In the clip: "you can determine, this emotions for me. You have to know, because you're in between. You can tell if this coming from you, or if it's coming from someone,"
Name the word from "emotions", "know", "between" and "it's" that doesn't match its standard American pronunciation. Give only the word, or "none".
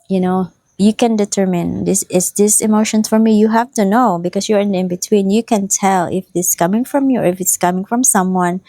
emotions